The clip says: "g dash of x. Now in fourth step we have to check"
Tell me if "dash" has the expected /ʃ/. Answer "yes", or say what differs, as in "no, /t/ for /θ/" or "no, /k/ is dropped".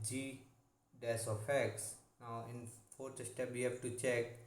no, /s/ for /ʃ/